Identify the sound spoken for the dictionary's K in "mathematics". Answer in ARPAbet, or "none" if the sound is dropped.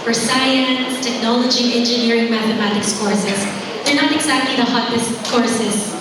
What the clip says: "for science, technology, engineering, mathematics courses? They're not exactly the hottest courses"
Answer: K